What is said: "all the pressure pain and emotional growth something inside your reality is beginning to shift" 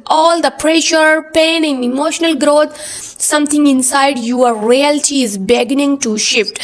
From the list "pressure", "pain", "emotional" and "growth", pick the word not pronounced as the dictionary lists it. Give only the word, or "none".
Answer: growth